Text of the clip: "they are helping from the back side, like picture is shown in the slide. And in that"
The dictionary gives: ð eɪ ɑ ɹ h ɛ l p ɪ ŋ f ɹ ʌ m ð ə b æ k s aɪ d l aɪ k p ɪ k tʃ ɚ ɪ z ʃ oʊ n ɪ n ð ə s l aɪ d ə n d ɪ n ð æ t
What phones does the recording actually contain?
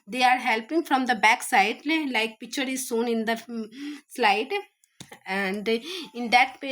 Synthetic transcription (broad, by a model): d eɪ ɑ ɹ h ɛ l p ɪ ŋ f ɹ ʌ m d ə b æ k s aɪ d l aɪ k p ɪ k tʃ ɚ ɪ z s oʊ n ɪ n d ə s l aɪ d ə n d ɪ n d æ t